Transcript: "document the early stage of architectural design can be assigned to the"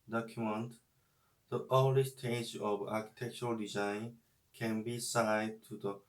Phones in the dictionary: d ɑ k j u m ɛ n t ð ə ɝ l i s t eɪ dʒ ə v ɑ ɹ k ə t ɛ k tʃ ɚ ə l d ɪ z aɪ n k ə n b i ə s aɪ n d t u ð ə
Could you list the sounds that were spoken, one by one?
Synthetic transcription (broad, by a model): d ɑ k j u m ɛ n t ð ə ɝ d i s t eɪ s ə v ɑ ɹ k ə t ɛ k tʃ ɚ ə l d ɪ z aɪ n k ə n b i s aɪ d t u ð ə